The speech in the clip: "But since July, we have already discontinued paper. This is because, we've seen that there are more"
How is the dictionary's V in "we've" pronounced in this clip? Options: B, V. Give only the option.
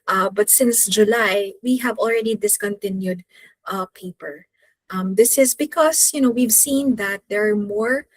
V